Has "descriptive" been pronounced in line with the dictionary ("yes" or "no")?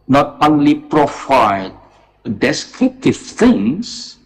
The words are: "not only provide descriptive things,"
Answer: no